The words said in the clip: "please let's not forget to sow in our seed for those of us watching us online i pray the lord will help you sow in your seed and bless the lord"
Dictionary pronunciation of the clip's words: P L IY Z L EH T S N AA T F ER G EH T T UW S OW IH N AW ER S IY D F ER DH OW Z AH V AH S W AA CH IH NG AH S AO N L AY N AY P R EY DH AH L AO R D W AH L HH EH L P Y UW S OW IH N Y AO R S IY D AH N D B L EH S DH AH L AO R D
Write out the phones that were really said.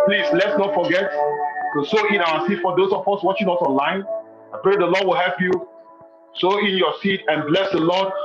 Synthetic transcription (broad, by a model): P L IY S L EH T S N AA T F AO G EH T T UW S OW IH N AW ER S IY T F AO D OW S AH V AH S W AA CH IH NG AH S AO N L AY N AY P R EY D AH L AO D W AH L HH EH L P Y UW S OW IH N Y AO S IY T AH N B L EH S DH AH L AO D